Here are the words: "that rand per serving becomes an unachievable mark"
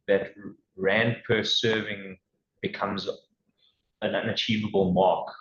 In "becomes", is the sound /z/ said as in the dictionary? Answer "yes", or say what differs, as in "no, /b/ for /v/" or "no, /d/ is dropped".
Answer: yes